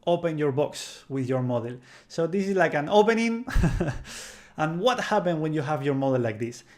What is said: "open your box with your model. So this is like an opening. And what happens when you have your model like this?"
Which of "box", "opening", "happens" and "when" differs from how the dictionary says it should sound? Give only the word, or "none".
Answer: happens